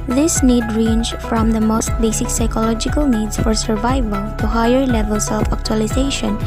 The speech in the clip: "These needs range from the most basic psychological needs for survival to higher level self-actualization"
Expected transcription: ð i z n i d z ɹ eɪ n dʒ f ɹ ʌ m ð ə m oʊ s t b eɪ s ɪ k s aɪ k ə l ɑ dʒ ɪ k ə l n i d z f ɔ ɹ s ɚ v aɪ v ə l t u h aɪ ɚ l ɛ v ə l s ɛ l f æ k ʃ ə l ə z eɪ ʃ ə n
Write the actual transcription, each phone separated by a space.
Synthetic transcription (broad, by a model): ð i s n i d ɹ eɪ n dʒ f ɹ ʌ m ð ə m oʊ s t b eɪ s ɪ k s aɪ k ə l ɑ dʒ ɪ k ə l n i d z f ɔ ɹ s ɚ v aɪ v ə l t u h aɪ ɚ l ɛ v ə l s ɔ f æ k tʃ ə l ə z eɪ ʃ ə n